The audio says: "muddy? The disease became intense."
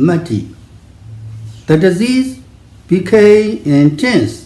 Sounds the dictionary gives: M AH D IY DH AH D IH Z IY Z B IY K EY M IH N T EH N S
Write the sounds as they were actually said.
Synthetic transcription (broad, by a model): M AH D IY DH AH D IH Z IY Z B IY K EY IH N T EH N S